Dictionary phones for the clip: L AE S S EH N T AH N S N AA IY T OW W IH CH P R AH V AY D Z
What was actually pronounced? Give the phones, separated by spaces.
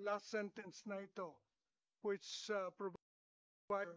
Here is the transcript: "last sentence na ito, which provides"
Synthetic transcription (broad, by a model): L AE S S EH N T AH N S N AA IY T OW W IH CH P R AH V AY